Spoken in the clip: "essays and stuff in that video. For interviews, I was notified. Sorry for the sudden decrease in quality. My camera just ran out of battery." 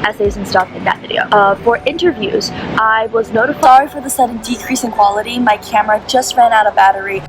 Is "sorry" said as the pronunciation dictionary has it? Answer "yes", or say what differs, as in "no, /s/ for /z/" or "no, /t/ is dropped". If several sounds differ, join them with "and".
no, /ɹ/ is dropped